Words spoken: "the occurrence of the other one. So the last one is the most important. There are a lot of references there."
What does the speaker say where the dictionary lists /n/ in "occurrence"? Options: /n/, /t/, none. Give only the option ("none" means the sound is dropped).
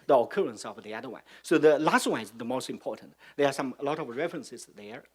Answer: /n/